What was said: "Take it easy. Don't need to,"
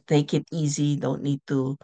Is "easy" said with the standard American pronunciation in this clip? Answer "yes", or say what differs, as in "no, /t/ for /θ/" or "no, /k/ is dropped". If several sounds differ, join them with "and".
yes